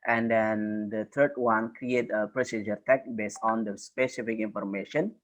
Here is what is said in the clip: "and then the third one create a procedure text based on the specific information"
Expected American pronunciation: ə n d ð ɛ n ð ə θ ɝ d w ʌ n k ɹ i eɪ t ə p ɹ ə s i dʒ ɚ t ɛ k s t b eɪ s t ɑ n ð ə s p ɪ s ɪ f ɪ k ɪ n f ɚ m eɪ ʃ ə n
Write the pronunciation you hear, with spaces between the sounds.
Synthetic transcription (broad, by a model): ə n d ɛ n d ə t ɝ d w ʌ n k ɹ i eɪ t ə p ɹ ə s i dʒ ɚ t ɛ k b eɪ s t ɑ n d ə s p ɪ s ɪ f ɪ k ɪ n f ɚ m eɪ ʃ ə n